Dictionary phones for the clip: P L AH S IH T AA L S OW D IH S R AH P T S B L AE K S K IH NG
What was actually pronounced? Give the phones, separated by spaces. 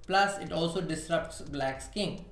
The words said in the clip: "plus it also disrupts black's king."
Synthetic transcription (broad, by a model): P L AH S IH T AA L S OW D IH S R AH P T S B L AE K S K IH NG